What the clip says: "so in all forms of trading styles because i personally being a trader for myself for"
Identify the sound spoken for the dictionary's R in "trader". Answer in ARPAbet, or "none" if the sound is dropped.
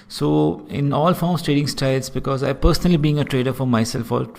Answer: R